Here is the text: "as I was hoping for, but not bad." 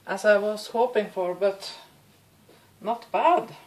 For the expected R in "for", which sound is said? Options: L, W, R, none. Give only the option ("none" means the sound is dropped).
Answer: R